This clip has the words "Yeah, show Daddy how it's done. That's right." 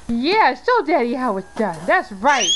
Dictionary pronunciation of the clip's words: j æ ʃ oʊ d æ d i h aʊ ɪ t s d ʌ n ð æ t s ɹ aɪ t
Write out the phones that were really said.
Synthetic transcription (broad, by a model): j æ s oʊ d æ d i h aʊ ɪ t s d ʌ n ð æ t s ɹ aɪ t